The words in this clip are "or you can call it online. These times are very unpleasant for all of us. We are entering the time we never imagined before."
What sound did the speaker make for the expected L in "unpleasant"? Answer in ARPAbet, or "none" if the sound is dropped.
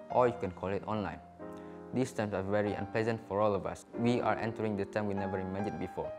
L